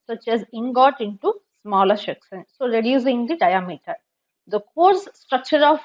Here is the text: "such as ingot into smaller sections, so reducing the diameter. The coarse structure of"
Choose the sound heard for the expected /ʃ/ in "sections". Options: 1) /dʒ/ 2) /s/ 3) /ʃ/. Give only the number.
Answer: 2